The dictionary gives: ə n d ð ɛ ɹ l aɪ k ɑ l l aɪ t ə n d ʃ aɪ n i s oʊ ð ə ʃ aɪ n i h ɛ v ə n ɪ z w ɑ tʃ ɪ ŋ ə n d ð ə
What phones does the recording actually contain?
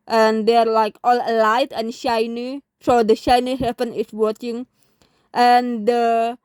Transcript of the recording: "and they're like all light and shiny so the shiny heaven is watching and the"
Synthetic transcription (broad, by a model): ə n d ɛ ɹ l aɪ k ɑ l l aɪ t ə n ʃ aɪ n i s oʊ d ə ʃ aɪ n i h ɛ p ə n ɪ s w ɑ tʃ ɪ ŋ ə n d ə